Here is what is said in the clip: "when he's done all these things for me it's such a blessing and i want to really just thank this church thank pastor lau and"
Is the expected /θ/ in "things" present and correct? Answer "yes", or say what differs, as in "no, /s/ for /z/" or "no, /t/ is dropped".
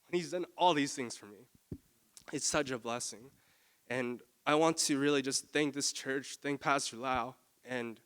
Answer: yes